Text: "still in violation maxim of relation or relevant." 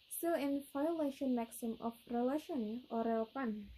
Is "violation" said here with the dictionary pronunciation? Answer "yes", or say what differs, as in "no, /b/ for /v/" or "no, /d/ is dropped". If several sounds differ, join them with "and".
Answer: no, /f/ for /v/